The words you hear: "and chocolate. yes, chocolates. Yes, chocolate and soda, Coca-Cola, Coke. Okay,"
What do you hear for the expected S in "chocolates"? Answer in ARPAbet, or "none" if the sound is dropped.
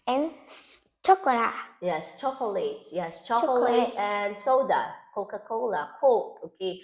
none